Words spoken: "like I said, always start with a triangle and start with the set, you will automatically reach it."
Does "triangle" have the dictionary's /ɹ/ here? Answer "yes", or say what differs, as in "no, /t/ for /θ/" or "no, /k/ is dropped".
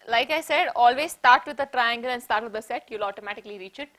yes